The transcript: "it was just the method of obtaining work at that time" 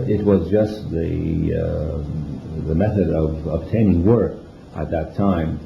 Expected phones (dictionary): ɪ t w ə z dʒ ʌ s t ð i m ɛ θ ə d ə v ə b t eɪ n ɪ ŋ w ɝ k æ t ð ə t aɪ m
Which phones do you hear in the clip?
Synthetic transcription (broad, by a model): ɪ t w ə z dʒ ʌ s t ð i m ɛ θ ə d ə v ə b t eɪ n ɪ ŋ w ɝ k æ t ð ə t aɪ m